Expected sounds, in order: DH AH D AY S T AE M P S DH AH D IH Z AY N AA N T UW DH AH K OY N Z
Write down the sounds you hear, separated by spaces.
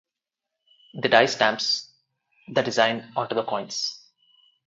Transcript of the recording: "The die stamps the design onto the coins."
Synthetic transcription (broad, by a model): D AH D AY S T AE M P S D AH D IH Z AY N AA T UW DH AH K OY N S